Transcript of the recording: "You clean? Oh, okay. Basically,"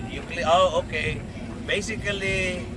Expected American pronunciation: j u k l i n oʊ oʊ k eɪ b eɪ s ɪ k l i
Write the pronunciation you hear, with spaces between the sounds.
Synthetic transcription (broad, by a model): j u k l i oʊ oʊ k eɪ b eɪ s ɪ k l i